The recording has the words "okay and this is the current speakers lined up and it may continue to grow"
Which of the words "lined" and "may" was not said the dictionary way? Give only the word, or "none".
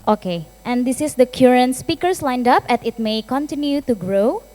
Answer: none